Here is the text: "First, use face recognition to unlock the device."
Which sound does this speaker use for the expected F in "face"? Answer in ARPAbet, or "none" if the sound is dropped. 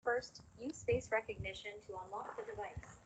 P